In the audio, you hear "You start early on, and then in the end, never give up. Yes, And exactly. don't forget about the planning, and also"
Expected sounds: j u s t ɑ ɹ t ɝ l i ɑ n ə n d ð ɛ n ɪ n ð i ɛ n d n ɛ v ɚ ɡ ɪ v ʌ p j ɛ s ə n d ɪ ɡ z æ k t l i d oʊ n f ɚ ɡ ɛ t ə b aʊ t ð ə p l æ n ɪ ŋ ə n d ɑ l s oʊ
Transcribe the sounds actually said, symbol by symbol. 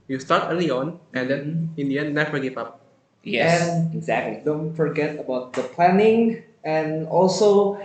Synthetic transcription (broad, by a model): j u s t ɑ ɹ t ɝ l i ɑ n ə n d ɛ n ɪ n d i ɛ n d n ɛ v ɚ ɡ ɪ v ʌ p j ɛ ə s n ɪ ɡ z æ k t l i d oʊ n f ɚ ɡ ɛ t ə b aʊ t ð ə p l æ n ɪ ŋ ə n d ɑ l s oʊ